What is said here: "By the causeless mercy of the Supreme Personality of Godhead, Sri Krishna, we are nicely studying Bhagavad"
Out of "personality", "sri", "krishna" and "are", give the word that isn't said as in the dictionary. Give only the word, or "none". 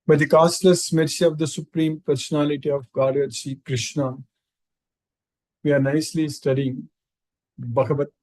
sri